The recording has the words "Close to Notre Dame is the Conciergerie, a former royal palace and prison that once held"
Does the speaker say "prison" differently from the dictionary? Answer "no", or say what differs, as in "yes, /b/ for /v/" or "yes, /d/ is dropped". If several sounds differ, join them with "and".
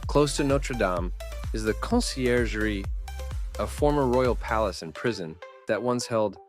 no